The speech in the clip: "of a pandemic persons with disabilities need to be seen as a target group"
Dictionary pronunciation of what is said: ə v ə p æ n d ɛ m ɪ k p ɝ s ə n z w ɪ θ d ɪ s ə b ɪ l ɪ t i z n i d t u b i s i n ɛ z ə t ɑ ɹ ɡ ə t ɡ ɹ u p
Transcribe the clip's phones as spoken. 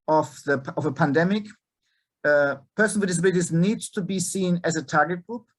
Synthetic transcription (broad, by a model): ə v ə p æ n d ɛ m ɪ k p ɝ s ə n w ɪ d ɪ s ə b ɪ ɪ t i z n i d t u b i s i n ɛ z ə t ɑ ɹ ɡ ə t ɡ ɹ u p